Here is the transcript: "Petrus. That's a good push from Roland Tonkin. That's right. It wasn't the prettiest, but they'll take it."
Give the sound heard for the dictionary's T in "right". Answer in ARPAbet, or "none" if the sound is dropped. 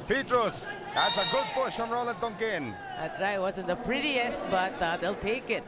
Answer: none